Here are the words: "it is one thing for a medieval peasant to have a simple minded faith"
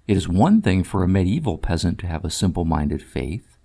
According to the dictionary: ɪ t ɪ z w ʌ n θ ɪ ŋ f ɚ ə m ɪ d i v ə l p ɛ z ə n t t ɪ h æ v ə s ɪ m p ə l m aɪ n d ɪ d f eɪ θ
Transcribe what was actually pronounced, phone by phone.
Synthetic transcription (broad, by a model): ɪ t ɪ z w ʌ n θ ɪ ŋ f ɚ ə m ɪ d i v l p ɛ z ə n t t ɪ v ə s ɪ m p l m aɪ n d ɪ d f eɪ θ